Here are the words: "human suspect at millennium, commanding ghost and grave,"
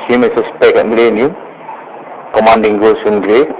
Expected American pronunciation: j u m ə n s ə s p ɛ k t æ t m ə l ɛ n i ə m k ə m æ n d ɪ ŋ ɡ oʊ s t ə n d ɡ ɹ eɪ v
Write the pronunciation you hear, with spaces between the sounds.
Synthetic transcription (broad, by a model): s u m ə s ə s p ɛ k ɛ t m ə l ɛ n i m k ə m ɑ n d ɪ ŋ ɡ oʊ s ə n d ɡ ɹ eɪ